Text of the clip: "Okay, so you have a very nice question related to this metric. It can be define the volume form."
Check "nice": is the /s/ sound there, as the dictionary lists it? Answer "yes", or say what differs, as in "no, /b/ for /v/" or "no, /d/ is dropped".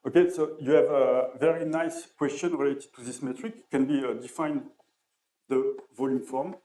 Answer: yes